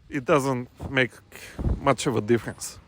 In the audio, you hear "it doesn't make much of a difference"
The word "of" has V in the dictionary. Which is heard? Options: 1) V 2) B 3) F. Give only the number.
1